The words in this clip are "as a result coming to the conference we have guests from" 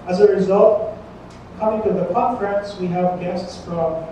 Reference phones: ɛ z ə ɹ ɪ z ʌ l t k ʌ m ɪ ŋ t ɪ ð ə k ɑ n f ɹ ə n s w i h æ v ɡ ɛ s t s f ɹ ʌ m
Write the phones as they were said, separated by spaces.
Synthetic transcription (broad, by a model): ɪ z ə ɹ ɪ z ʌ l t k ʌ m ɪ ŋ t ɪ ð ə k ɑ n f ɹ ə n s w i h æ v ɡ ɛ s t s f ɹ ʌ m